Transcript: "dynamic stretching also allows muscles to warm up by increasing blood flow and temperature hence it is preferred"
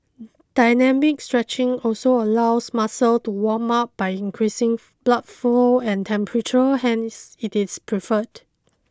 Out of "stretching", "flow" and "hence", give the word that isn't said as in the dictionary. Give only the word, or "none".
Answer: flow